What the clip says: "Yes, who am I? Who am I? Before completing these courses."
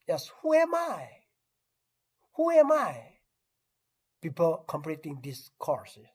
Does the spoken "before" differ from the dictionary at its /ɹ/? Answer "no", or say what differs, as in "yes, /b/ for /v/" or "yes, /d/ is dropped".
yes, /l/ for /ɹ/